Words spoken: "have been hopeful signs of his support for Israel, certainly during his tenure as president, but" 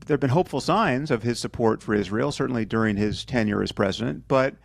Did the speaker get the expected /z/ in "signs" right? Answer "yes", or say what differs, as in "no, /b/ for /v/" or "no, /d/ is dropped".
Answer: yes